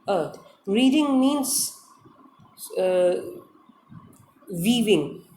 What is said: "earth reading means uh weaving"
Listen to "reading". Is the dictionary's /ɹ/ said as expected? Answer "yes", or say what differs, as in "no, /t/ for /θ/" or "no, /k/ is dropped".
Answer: yes